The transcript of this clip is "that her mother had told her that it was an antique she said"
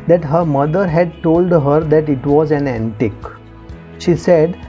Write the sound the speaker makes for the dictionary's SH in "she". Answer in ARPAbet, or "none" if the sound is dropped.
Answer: SH